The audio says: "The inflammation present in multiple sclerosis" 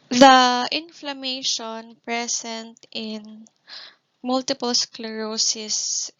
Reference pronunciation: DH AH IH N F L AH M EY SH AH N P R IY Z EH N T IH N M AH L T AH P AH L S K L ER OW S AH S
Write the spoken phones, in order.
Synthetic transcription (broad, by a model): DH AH IH N F L AH M EY SH AH N P R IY S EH N T IH N M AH L T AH P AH L S K L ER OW S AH S